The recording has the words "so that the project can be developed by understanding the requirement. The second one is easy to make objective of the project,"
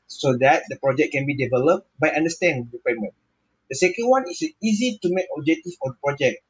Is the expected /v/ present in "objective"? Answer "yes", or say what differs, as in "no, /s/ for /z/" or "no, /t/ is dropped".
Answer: no, /f/ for /v/